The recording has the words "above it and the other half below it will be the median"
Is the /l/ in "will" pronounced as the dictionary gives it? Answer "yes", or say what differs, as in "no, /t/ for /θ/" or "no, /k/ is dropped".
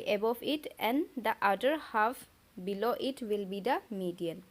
yes